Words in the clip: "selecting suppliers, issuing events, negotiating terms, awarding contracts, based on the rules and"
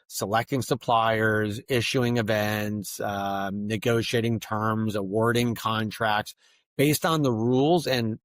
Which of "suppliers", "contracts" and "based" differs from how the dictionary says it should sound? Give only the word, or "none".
none